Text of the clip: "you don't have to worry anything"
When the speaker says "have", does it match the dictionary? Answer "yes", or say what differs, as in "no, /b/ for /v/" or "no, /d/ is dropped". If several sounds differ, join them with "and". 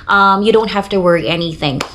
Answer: no, /f/ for /v/